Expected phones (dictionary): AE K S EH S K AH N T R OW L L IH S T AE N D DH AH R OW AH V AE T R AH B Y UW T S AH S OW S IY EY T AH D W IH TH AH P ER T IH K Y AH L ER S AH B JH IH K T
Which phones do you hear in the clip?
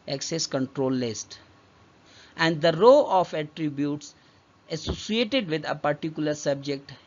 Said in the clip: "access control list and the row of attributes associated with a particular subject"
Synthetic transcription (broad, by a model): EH K S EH S K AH N T R OW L L IH S T AE N D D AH R OW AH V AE T R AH B Y UW T S AH S OW S IY EY T AH D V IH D AH P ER T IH K Y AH L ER S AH B JH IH K T